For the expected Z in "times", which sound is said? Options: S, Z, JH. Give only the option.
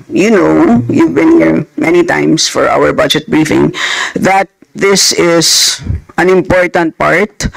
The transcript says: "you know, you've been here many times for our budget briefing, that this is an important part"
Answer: S